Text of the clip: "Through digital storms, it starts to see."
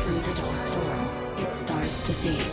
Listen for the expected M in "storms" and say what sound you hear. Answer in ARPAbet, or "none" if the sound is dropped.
none